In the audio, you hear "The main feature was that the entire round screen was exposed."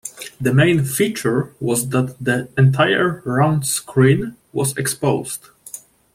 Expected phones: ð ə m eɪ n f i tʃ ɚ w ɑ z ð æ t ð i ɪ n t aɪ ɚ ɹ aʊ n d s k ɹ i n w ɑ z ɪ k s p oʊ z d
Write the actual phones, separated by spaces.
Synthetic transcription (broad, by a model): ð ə m eɪ n f i tʃ ɚ w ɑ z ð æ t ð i ɪ n t aɪ ɚ ɹ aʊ n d s k ɹ i n w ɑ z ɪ k s p oʊ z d